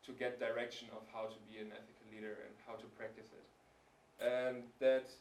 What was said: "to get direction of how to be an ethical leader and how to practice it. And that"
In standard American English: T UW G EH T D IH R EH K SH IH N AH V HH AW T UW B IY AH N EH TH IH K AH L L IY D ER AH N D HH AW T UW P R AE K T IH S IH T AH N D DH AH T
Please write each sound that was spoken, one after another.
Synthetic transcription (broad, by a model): T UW G EH T D IH R EH K SH IH N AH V HH AW T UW B IY AH N EH TH IH K AH L L IY D ER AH N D HH AW T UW P R AE K T IH S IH T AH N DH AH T